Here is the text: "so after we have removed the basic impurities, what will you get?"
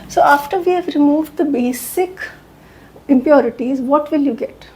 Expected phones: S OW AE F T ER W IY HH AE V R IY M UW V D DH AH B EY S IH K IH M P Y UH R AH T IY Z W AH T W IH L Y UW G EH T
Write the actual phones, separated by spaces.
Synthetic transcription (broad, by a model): S OW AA F T ER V IY HH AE V R IY M UW V D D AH B EY S IH K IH M P Y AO R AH T IY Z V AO T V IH L Y UW G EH T